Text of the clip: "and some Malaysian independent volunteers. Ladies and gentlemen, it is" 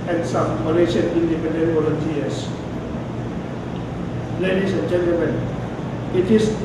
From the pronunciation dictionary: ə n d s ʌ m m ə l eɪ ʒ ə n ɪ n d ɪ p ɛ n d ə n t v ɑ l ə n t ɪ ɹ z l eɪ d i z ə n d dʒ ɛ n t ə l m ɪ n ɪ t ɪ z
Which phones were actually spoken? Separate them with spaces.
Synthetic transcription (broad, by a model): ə n s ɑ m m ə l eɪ ʃ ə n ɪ n d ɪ p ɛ n d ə n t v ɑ l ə n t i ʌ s l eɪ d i s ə n dʒ ɛ n t ə l m ɪ n ɪ t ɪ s